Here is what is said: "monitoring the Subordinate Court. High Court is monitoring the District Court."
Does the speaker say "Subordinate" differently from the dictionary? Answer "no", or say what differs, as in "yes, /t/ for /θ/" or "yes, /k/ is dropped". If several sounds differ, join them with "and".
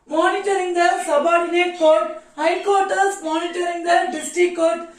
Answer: no